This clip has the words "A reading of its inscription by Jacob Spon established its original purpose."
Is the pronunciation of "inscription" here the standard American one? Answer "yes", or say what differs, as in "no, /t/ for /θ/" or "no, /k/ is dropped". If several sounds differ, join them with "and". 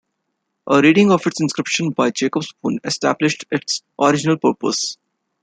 yes